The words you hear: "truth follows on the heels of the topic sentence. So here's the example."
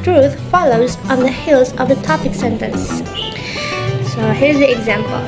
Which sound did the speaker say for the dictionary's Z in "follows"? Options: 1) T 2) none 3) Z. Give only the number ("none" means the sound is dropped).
3